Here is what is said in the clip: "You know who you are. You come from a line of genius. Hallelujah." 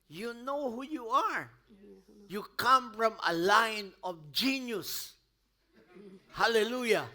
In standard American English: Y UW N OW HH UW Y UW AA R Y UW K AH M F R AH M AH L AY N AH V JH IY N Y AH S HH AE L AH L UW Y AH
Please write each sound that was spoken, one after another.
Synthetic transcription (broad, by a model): Y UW N OW HH UW Y UW AA R Y UW K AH M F R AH M AH L AY N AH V JH IY N Y AH S HH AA L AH L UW Y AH